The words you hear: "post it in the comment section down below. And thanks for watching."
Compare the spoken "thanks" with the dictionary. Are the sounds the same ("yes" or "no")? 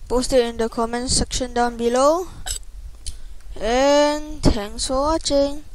no